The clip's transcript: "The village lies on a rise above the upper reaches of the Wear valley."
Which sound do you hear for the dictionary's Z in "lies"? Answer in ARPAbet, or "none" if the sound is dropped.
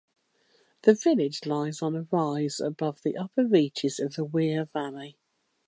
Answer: Z